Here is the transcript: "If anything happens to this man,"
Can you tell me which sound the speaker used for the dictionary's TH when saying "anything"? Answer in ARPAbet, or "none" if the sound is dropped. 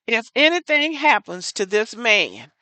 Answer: TH